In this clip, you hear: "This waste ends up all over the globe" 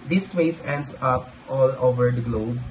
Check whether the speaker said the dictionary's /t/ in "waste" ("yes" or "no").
no